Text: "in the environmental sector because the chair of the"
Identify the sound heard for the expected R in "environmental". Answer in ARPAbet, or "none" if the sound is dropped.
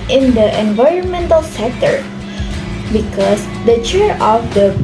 R